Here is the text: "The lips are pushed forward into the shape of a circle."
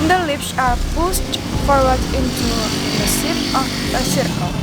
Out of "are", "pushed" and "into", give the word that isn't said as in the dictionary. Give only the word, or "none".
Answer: pushed